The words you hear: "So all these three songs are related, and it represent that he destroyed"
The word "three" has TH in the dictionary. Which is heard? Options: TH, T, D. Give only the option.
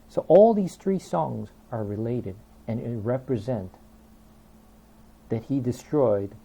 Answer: TH